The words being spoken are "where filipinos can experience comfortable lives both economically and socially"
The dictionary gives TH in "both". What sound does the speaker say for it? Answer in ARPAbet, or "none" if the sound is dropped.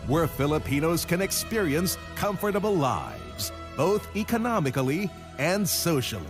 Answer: TH